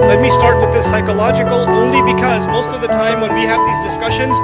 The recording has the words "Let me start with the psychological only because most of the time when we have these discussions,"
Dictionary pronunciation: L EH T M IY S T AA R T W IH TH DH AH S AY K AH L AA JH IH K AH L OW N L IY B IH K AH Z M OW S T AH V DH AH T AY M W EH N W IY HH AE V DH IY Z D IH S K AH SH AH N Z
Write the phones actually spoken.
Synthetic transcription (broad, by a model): L EH T M IY S T AA R T W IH DH AH S AY K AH L AA JH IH K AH L OW N L IY B IH K AH Z M OW S T AH V DH AH T AY M W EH N W IY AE V DH IY Z D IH S K AH SH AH N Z